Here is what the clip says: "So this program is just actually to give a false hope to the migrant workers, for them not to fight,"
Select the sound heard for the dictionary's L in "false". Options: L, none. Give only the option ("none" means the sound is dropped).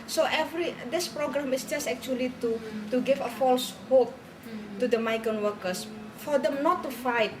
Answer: L